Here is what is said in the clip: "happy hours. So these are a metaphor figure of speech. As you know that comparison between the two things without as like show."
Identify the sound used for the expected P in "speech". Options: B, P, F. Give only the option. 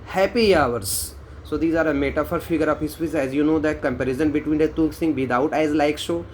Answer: F